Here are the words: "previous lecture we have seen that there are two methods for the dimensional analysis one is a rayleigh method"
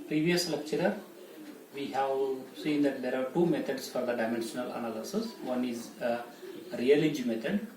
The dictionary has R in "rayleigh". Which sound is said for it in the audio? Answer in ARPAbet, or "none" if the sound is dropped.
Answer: L